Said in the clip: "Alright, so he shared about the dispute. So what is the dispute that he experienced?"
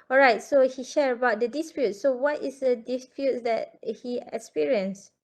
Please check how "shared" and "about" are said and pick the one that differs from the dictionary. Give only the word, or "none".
shared